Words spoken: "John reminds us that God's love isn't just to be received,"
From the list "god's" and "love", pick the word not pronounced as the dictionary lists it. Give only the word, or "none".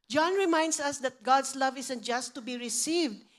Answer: god's